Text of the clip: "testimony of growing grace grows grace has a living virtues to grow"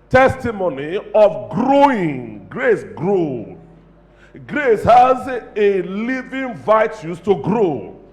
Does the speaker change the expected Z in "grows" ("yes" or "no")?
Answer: yes